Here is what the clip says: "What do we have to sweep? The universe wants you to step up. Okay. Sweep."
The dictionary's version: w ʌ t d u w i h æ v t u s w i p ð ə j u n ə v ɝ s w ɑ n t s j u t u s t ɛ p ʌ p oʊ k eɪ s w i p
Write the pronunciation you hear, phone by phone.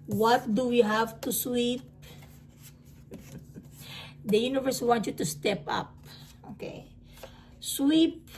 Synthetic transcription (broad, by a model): w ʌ t d u w i h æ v t u s w i p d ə j u n ə v ɝ s w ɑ n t j u t u s t ɛ p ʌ p oʊ k eɪ s w i p